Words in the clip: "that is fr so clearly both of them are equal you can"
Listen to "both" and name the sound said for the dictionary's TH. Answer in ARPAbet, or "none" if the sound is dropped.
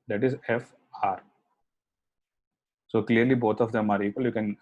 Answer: T